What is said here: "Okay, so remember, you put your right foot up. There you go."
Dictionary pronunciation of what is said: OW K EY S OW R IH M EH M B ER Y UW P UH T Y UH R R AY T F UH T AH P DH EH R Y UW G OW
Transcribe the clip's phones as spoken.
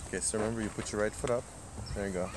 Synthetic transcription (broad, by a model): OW K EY S OW R IH M EH M B ER Y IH P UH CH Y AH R R AY T F UH T AH P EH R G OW